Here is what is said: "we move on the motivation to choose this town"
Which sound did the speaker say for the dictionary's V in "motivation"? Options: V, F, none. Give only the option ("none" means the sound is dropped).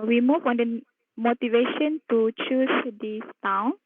V